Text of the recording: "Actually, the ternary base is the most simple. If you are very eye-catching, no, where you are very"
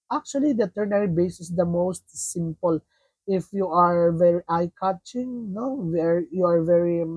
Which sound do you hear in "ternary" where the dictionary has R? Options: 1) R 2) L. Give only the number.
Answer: 1